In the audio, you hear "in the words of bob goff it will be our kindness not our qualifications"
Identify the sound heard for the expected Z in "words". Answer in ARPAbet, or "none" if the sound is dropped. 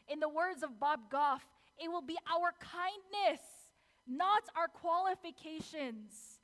Z